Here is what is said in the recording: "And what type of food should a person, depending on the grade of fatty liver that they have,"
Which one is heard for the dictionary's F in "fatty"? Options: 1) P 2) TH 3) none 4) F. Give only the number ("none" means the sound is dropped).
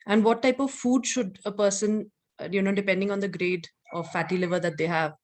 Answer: 4